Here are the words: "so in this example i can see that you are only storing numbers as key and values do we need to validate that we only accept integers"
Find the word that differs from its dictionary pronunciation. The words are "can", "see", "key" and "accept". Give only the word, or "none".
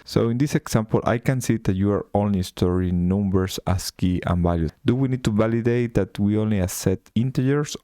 accept